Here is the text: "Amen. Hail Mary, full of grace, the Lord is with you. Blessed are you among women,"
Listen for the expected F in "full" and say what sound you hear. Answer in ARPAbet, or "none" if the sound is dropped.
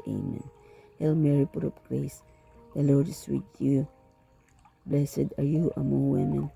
P